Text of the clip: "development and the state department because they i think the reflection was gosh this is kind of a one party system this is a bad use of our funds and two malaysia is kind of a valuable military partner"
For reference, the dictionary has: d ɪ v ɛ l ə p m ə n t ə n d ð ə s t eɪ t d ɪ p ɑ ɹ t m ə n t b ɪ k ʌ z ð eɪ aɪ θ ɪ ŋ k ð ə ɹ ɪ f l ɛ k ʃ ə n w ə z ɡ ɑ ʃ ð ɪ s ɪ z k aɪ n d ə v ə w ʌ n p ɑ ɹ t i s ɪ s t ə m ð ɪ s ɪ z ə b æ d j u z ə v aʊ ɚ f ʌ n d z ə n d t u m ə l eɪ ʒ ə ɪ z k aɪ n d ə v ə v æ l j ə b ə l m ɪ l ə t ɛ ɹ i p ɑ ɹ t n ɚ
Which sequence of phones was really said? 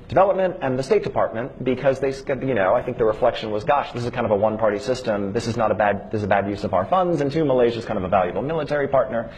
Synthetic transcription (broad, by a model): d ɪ v ɛ l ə p m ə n t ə n ð ə s t eɪ t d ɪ p ɑ ɹ t m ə n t b ɪ k ʌ z ð eɪ aɪ θ ɪ ŋ k ð ə ɹ ɪ f l ɛ k ʃ ə n w ə z ɡ ɑ ʃ ð ɪ s ɪ z k aɪ n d ə v ə w ʌ n p ɑ ɹ t i s ɪ s t ə m ð ɪ s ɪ z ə b æ d j u z ə v aʊ ɚ f ʌ n d z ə n t u m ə l eɪ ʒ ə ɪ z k aɪ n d ə v ə v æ l j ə b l m ɪ l ə t ɛ ɹ i p ɑ ɹ t n ɚ